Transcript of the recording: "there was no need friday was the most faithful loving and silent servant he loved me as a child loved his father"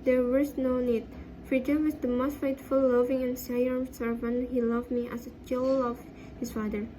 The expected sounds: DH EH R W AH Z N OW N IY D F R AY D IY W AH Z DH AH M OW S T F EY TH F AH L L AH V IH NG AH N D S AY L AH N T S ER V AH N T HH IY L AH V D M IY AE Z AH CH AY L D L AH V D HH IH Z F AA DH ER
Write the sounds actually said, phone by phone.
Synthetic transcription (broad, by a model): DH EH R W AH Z N OW N IY D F R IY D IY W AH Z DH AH M OW S T F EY T F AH L L AH V IH NG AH N S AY AH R S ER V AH N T HH IY L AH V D M IY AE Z AH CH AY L L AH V HH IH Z F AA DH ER